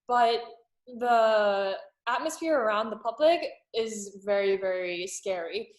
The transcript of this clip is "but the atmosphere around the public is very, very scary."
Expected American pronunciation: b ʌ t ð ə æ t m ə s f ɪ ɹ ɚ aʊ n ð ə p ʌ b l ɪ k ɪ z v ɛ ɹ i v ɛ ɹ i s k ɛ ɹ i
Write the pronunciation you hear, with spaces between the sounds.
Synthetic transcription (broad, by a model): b ʌ t ð ə æ t m ə s f ɪ ɹ ɚ aʊ n ð ə p ʌ b l ɪ k ɪ z v ɛ ɹ i v ɛ ɹ i s k ɛ ɹ i